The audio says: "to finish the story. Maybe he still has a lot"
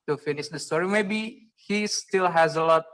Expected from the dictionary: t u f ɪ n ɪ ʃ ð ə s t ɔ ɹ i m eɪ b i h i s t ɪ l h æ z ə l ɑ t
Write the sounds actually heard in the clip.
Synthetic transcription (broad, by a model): t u f ɪ n ɪ ʃ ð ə s t ɔ ɹ i m eɪ b i h i s t ɪ l h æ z ə l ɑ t